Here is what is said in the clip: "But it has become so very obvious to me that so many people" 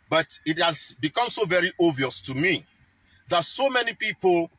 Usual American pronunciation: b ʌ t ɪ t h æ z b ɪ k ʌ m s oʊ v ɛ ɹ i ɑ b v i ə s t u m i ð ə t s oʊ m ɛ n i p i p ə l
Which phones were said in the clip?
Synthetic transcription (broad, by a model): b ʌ t ɪ t h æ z b ɪ k ʌ m s oʊ v ɛ ɹ i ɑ v i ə s t u m i ð ə t s oʊ m ɛ n i p i p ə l